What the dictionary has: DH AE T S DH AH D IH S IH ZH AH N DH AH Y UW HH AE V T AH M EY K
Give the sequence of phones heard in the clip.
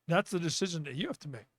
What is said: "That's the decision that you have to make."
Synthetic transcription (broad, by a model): DH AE T S DH AH D IH S IH ZH AH N DH AH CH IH HH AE F T AH M EY K